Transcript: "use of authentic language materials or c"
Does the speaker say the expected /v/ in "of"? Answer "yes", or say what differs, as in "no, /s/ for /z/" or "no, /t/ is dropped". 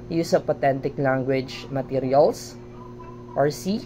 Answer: no, /p/ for /v/